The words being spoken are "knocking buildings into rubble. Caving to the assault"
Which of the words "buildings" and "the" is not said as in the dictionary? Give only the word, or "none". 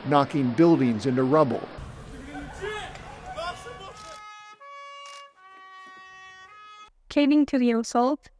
none